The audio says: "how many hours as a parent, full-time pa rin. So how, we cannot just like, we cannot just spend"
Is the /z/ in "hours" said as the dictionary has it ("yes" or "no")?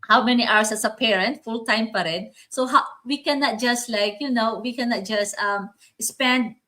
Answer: no